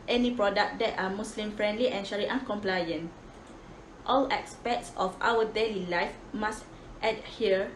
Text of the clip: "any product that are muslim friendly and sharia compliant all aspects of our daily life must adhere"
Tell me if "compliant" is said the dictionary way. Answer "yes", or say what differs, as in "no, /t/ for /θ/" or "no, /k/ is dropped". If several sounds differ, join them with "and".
yes